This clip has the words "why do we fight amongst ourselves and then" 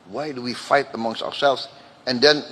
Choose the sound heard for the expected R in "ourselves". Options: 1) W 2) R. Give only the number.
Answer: 2